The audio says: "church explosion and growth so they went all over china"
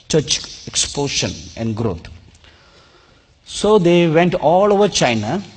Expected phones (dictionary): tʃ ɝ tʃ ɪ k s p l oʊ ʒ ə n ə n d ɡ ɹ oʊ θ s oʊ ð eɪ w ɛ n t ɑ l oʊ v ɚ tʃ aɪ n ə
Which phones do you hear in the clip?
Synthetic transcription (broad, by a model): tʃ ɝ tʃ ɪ k s p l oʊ ʃ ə n ə n d ɡ ɹ oʊ t s oʊ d eɪ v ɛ n t ɑ l oʊ v ɚ tʃ aɪ n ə